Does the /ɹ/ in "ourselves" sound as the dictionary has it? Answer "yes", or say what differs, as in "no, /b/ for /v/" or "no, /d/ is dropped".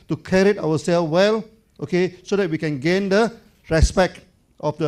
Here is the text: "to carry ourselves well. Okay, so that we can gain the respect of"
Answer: no, /w/ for /ɹ/